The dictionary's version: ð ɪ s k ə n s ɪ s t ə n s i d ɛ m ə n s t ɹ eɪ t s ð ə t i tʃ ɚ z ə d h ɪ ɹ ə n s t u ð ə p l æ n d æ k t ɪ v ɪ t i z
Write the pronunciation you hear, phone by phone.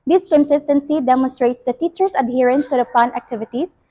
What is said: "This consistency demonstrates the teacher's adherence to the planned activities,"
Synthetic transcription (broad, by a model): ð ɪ s k ə n s ɪ s t ə n s i d ɛ m ə n s t ɹ eɪ t s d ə t i tʃ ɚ s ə d h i ɹ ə n s t u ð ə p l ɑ n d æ k t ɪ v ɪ t i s